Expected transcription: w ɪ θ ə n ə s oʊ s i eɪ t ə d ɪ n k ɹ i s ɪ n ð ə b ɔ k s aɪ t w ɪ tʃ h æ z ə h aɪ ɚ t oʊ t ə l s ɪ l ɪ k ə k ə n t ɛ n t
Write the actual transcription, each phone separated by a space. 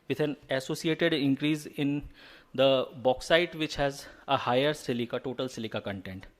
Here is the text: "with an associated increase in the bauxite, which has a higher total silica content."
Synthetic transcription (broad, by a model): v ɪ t ə n ə s oʊ s i eɪ t ə d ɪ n k ɹ i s ɪ n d ə b ɔ k s aɪ t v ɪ tʃ h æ z ə h aɪ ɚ t oʊ t ə l s ɪ l ɪ k ə k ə n t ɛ n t